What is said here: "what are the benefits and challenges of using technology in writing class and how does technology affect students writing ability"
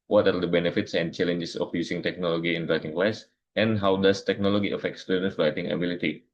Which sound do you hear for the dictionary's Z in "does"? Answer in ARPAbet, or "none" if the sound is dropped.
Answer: S